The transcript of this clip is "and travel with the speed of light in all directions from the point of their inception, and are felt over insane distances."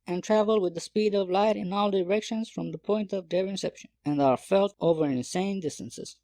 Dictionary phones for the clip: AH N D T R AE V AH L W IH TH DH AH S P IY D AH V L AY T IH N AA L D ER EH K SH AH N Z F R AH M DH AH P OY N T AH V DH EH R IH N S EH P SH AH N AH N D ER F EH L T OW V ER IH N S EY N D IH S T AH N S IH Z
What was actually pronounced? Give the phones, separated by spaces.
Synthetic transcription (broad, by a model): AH N T R AE V AH L W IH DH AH S P IY D AH V L AY T IH N AA L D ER EH K SH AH N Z F R AH M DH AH P OY N T AH V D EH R IH N S EH P SH AH N AH N D ER F EH L T OW V ER IH N S EY N D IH S T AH N S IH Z